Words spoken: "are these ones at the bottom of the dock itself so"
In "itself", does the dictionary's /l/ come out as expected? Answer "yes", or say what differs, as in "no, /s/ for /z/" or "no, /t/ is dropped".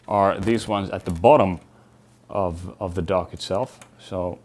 yes